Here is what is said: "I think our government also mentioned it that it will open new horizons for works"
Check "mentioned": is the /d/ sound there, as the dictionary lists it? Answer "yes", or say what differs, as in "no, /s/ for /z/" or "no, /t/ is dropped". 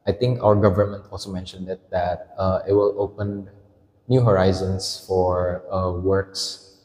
yes